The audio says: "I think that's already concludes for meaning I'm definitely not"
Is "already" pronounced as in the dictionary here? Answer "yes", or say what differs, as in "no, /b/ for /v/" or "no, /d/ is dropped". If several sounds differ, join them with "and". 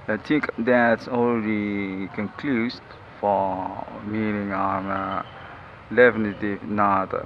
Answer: no, /l/ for /ɹ/